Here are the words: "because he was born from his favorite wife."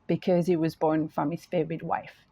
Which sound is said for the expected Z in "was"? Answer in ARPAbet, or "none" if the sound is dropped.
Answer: Z